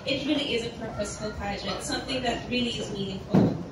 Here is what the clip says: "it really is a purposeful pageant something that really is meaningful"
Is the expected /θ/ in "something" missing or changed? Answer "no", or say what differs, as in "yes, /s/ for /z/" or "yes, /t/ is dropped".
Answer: no